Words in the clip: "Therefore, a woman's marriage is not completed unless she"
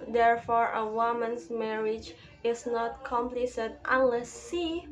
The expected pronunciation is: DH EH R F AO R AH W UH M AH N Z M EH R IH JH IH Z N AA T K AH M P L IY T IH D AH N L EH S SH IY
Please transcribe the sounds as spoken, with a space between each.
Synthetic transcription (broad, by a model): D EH R F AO R AH W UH M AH N S M EH R IH JH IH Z N AA T K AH M P L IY S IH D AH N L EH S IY